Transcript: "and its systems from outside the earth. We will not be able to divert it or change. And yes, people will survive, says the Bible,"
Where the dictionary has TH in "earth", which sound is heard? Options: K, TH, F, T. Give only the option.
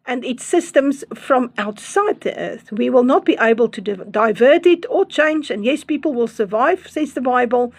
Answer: TH